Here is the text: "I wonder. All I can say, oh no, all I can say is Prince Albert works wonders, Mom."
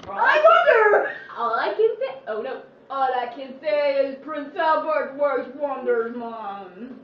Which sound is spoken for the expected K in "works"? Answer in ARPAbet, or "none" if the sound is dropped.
none